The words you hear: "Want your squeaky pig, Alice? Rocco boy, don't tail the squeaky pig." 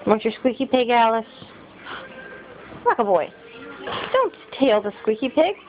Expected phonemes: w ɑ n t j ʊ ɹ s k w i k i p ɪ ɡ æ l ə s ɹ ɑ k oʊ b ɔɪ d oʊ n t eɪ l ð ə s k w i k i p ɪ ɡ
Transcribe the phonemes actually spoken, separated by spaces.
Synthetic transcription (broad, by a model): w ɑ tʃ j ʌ ɹ s k w i k i p ɪ ɡ æ l ə s l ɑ k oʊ b ɔɪ d oʊ n t eɪ l ð ə s k w i k i p ɪ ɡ